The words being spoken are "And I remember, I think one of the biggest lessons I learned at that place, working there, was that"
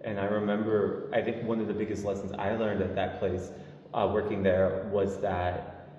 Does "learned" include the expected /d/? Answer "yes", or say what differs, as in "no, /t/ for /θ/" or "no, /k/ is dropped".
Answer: yes